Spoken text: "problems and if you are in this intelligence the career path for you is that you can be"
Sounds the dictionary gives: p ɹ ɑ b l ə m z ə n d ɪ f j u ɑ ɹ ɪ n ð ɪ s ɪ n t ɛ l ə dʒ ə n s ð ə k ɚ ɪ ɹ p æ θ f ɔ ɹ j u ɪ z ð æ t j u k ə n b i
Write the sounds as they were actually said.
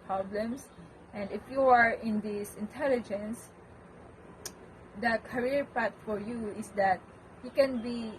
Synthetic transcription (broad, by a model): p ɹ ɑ b l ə m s ə n d ɪ f j u ɑ ɹ ɪ n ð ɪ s ɪ n t ɛ l ə dʒ ə n s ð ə k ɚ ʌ ɹ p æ t f ɔ ɹ j u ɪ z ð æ t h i k ə n b i